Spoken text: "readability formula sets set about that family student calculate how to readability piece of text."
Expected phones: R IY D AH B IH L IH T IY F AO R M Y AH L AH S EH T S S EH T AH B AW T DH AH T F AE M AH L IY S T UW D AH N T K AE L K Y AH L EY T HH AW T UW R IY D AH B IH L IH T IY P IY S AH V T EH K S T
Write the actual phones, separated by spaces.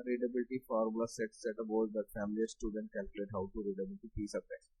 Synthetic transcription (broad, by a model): R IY D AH B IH L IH T IY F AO R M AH L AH S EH T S S EH T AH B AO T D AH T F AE M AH L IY S T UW D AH N T K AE L K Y L EY T HH AW T UW R IY D AH B IH L IH T IY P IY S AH P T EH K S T